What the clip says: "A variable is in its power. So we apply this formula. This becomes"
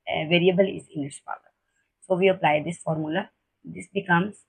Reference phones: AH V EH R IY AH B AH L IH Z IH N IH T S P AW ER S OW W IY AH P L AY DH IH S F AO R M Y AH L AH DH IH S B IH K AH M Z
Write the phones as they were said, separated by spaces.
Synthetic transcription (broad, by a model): V EH R IY AH B AH L IH Z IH L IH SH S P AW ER S OW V IY AH P L AY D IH S F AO R M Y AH L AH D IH S B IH K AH M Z